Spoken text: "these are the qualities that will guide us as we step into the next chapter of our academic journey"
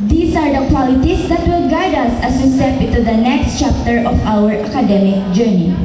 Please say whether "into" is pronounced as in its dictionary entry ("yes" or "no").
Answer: no